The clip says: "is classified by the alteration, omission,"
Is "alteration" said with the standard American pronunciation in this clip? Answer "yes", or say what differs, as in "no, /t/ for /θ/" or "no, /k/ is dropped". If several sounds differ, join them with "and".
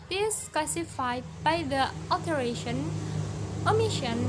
no, /l/ is dropped